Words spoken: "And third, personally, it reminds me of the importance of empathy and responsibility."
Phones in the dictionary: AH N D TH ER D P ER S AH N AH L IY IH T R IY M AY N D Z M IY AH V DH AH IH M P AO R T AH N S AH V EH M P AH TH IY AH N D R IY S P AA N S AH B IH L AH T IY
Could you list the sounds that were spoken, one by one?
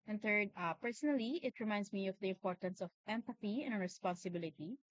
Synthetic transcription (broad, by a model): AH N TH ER D P ER S AH N AH L IY IH T R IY M AY N D S M IY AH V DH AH IH M P AO R T AH N S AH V EH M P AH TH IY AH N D R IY S P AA N S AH B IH L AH T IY